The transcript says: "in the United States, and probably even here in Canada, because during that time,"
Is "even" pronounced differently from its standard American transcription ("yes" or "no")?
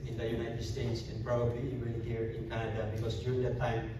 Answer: yes